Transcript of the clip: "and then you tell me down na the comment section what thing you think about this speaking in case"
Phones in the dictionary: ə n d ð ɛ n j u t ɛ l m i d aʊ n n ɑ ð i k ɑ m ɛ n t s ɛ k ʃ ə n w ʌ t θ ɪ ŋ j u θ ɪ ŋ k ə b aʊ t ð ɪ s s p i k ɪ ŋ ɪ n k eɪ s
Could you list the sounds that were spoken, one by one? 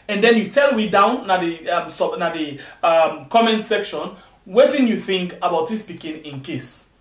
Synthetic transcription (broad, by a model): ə n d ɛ n j u t ɛ l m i d aʊ n n ɑ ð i k ɑ m ɛ n t s ɛ k ʃ ə n w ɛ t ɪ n j u θ ɪ ŋ k ə b aʊ t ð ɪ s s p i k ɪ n ɪ n k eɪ s